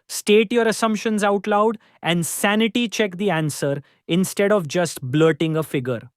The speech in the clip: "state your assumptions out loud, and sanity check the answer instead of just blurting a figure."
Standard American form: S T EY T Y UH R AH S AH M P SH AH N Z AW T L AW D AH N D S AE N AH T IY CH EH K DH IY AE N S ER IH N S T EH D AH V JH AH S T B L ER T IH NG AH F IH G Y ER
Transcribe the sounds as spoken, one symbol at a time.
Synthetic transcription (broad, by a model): S T EY T Y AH R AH S AH M P SH AH N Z AW T L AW D AH N D S AE N AH T IY CH EH K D IY AE N S ER IH N S T EH D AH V JH AH S T B L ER T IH NG AH F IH G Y ER